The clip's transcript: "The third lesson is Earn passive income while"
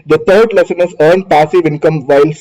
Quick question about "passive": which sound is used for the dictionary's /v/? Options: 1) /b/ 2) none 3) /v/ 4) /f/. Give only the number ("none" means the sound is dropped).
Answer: 3